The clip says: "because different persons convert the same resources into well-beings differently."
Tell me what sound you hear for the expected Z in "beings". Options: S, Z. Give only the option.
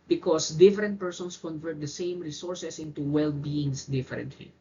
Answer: S